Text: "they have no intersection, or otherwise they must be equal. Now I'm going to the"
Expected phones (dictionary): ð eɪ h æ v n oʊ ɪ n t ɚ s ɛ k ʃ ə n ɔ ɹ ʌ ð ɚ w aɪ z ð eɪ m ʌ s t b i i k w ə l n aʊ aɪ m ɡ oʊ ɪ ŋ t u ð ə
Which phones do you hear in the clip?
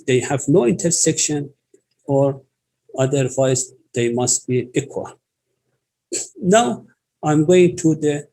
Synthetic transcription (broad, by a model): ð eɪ h æ v n oʊ ɪ n t ɚ s ɛ k ʃ ə n ɔ ɹ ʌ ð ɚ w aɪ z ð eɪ m ʌ s t b i i k w ə l n aʊ aɪ m ɡ oʊ ɪ ŋ t u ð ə